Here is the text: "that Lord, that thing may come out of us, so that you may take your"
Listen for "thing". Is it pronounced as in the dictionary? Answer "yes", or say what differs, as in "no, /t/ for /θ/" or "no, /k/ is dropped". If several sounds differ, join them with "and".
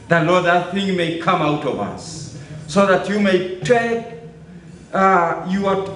yes